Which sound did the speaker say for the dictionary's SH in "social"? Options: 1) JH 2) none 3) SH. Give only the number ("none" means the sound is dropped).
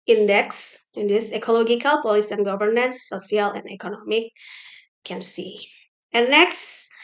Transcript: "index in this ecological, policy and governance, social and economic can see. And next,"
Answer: 2